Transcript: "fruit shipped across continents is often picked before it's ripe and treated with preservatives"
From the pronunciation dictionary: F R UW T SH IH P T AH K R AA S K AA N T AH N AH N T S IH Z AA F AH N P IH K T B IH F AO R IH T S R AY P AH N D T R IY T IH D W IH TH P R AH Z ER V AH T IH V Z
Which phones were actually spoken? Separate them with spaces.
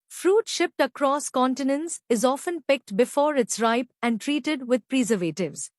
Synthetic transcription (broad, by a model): F R UW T SH IH P T AH K R AA S K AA N T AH N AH N S IH Z AA F AH N P IH K T B IH F AO R IH T S R AY P AH N D T R IY T IH D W IH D P R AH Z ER V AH T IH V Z